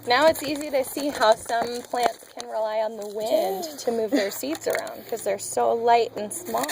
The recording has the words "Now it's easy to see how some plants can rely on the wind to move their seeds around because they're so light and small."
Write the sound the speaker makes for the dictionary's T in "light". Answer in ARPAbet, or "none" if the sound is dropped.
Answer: T